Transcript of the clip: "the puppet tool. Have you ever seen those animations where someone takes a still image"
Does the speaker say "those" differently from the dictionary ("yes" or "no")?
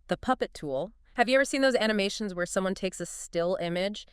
no